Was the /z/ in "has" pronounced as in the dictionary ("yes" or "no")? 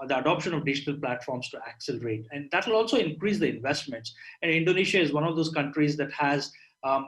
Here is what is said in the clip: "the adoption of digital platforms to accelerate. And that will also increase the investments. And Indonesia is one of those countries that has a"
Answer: yes